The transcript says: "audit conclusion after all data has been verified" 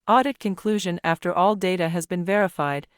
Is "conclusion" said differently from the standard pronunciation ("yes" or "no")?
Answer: no